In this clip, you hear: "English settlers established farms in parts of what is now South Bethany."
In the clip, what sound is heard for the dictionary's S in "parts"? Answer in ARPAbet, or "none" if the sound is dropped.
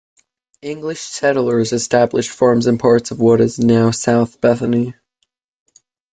S